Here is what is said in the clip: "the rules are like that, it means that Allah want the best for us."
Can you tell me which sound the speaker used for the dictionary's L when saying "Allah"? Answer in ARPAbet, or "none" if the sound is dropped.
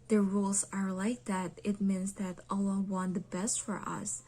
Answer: L